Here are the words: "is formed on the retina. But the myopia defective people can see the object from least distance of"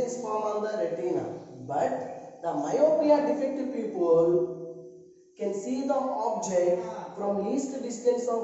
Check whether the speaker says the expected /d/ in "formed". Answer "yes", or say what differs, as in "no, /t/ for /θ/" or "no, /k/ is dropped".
no, /d/ is dropped